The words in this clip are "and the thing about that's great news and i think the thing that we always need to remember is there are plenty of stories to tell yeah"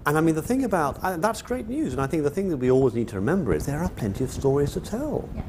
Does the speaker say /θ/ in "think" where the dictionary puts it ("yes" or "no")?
yes